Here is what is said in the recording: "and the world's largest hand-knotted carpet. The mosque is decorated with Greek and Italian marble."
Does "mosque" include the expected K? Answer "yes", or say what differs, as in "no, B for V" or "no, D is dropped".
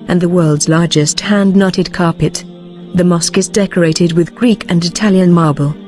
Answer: yes